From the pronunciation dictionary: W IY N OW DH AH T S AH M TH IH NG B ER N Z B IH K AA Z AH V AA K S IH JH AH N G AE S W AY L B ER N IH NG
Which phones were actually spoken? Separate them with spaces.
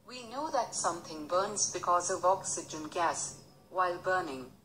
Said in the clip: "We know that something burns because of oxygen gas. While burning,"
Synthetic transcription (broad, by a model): W IY N OW DH AH T S AH M TH IH NG B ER N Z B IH K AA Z AH V AA K S IH JH AH N G AE S W AY L B ER N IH NG